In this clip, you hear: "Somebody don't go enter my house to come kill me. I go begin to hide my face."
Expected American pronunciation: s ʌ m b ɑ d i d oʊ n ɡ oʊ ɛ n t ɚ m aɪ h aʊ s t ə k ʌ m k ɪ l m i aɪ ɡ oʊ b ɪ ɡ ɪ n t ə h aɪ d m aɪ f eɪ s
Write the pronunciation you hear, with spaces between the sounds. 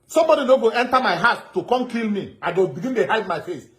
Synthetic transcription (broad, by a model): s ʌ m b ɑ d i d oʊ ɡ oʊ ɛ n t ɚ m aɪ h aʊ t ə k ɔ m k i l m i aɪ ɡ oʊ b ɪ ɡ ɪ n t ə h aɪ d m aɪ f eɪ s